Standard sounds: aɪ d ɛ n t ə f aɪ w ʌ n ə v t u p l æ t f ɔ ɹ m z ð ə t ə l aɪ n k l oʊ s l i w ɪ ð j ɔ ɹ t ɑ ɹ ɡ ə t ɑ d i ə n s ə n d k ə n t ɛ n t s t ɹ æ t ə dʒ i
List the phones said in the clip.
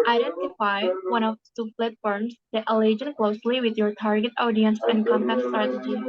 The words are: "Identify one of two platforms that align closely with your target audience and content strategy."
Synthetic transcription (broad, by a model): aɪ d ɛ n t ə f aɪ w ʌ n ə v s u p l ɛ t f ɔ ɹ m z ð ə t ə l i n k l oʊ s l i w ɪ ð j ɔ ɹ t ɑ ɹ ɡ ə t ɑ d i ə n s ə n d k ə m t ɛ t s t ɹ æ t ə dʒ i